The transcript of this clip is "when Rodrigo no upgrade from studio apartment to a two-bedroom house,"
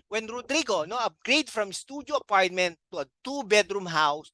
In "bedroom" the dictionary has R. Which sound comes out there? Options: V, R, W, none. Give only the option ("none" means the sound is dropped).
R